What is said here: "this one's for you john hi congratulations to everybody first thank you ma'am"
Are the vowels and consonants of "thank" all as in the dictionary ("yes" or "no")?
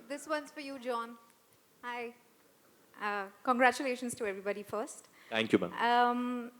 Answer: no